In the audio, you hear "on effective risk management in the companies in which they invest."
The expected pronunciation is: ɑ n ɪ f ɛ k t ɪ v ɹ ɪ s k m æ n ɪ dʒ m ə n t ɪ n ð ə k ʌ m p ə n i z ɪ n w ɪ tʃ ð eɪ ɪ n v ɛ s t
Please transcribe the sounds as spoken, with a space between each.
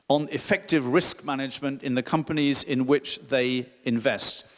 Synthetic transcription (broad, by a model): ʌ n ɪ f ɛ k t ɪ v ɹ ɪ s k m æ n ɪ dʒ m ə n t ɪ n ð ə k ʌ m p ə n i z ɪ n w ɪ tʃ ð eɪ ɪ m v ɛ s t